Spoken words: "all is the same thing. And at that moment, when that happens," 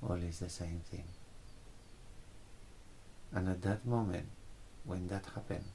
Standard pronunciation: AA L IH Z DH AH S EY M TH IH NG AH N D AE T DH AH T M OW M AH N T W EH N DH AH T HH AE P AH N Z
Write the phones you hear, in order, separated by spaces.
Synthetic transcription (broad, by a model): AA L IH Z DH AH S EY M TH IH NG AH N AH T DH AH T M OW M AH N T W EH N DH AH T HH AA P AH N